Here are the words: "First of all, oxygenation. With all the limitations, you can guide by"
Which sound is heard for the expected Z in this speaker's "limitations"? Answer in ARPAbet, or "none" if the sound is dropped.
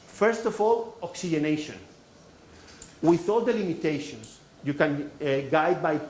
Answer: S